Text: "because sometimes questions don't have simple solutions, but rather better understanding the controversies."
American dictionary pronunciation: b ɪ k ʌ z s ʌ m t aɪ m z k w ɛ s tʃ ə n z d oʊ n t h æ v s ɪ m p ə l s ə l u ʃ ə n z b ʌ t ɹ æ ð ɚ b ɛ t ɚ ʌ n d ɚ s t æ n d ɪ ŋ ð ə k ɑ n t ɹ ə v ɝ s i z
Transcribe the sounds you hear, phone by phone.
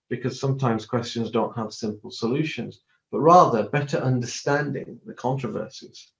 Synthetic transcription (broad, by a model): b ɪ k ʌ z s ʌ m t aɪ m z k w ɛ s tʃ ə n z d oʊ n t h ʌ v s ɪ m p ə l s ə l u ʃ ə n z b ʌ t ɹ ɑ ð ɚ b ɛ t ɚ ʌ n d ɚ s t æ n d ɪ ŋ ð ə k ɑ n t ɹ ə v ɝ s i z